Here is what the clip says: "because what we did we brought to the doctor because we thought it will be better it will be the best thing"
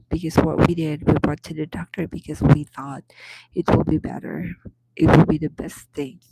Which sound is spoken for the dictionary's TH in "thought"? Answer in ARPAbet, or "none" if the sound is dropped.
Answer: TH